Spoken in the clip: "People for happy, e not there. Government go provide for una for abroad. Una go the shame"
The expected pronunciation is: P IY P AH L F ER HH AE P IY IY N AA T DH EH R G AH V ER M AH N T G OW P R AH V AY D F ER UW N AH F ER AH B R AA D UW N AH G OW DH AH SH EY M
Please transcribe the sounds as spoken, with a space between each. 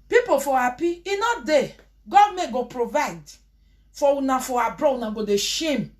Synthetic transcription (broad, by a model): P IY P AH F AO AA P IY IY N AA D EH G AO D M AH G OW P R AH V AY D F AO UW N AH F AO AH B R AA UW N AH G OW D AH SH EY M